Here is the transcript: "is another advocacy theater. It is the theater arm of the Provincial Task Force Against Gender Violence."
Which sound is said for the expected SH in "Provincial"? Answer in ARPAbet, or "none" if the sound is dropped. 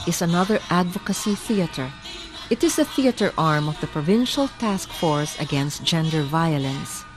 SH